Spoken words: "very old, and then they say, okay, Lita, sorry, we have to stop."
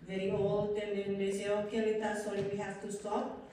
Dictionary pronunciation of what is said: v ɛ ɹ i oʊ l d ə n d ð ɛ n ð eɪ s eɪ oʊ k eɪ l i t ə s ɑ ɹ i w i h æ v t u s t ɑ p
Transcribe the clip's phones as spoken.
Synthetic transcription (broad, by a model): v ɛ ɹ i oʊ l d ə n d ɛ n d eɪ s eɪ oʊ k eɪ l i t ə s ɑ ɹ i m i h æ f t u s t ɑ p